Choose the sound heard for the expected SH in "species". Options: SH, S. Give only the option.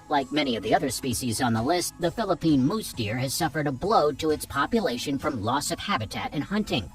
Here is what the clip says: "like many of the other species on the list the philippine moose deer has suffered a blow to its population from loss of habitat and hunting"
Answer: SH